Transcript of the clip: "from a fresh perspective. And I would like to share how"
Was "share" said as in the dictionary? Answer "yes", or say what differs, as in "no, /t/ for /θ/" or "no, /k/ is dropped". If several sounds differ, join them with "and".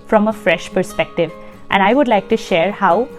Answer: yes